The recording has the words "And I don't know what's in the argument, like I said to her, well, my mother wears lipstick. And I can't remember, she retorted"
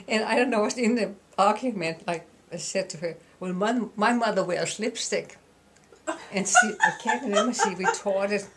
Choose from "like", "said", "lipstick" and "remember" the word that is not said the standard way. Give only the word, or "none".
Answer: remember